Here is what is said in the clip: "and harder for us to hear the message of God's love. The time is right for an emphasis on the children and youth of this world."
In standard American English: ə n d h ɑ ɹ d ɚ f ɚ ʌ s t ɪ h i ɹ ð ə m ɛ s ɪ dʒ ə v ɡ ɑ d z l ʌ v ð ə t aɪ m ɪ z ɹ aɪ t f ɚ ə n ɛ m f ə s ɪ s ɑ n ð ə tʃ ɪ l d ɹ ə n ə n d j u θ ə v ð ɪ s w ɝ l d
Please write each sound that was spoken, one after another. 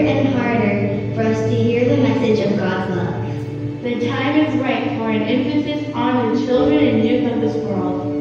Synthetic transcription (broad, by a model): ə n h ɑ ɹ d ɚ f ɚ ʌ s t ɪ h i ɹ ð ə m ɛ s ɪ dʒ ə v ɡ ɑ d z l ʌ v ð ə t aɪ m ɪ z ɹ aɪ t f ɚ ə n ɛ m f ə s ɪ s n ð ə tʃ ɪ l d ɹ ə n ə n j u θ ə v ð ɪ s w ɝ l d